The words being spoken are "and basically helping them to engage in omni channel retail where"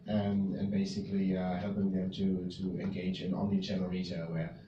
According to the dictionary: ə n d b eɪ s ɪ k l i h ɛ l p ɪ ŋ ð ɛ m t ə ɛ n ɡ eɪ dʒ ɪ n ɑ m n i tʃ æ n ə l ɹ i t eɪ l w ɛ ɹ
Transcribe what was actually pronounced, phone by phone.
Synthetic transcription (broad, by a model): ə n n b eɪ s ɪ k l i h ɛ l p ɪ ŋ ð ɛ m t ə ɛ n ɡ eɪ dʒ ɪ n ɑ n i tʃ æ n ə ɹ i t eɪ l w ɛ